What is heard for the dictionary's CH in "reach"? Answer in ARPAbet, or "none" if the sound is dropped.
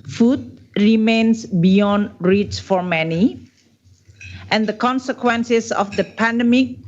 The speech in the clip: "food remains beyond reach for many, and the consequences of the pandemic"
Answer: S